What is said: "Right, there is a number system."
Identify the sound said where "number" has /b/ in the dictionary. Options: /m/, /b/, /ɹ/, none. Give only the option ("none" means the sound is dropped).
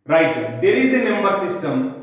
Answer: none